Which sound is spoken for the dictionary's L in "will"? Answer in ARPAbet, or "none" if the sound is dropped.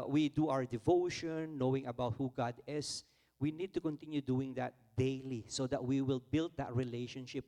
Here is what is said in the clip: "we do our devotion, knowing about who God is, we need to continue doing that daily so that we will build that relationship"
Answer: L